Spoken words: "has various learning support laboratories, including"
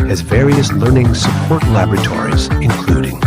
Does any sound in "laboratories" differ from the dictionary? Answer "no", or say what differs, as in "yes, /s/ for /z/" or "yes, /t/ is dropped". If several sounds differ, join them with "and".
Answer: no